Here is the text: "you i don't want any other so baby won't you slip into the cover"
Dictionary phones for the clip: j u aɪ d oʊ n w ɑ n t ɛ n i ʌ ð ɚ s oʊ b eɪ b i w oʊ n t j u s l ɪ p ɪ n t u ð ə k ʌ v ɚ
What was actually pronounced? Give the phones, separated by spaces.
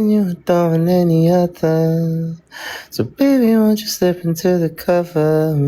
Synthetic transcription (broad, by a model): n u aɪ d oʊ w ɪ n ɛ n i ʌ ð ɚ s oʊ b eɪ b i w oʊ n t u s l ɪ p ɪ n t u ð ə k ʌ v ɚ